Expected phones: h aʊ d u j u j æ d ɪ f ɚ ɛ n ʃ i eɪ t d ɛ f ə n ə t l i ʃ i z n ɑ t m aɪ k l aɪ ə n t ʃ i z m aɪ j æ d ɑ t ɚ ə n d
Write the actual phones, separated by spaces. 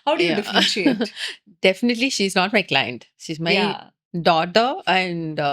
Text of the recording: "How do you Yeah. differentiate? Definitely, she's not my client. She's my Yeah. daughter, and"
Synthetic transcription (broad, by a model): h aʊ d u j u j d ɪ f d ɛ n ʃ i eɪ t d ɛ f ə n ə t l i ʃ i z n ɑ t m aɪ k l aɪ ə n t ʃ i z m aɪ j d ɑ t ɚ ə n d